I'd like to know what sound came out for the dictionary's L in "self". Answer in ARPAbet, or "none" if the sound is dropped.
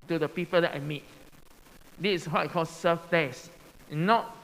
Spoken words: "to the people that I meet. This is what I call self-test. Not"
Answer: none